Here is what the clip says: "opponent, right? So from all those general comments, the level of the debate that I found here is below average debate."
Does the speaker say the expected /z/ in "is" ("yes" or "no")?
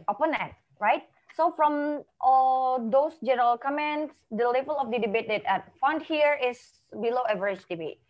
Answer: no